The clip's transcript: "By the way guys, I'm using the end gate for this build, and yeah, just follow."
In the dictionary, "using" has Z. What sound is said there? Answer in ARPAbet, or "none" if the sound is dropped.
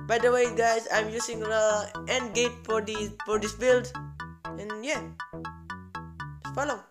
S